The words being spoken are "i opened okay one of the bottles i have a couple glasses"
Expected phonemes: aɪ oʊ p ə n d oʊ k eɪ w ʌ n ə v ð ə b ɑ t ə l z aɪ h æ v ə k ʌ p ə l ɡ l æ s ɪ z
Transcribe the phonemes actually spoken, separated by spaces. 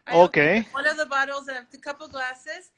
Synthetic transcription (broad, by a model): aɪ oʊ ə k eɪ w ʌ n ə v ð ə b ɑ t l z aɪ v ə k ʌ p l ɡ l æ s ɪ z